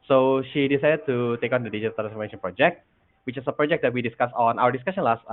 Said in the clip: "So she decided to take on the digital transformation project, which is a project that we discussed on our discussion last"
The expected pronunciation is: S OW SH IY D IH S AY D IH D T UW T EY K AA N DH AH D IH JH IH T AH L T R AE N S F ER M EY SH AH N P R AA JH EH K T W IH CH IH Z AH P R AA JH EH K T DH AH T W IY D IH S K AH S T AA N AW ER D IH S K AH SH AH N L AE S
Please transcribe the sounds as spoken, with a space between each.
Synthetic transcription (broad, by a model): S OW SH IY D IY S AY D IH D T UW T EY K AA N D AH D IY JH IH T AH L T R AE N S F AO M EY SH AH N P R AA JH EH K T W IH CH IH S AH P R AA JH EH K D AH T W IY D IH S K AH S AA N AW ER D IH S K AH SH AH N L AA S